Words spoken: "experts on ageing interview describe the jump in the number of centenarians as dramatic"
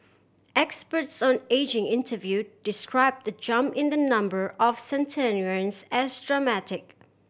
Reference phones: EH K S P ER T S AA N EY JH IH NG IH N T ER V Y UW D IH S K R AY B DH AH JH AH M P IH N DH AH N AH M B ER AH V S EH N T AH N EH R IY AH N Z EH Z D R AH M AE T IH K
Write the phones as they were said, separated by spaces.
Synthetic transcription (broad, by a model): EH K S P ER T S AA N EY JH IH NG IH N T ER V Y UW D IH S K R AY B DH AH JH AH M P IH N DH AH N AH M B ER AH V S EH N T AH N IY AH N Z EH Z D R AH M AE T IH K